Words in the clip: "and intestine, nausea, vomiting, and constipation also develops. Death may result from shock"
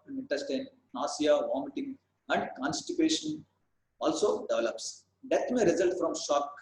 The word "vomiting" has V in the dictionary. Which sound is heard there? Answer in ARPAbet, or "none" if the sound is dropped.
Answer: V